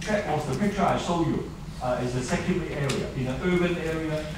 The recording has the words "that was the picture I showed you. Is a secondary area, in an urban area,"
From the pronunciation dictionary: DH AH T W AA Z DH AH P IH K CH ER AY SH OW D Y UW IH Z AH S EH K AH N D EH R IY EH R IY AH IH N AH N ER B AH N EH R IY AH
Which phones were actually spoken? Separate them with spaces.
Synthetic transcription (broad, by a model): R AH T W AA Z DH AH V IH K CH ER AY S OW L Y UW IH Z AH S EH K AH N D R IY EH R IY AH IH N AH N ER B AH N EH R IY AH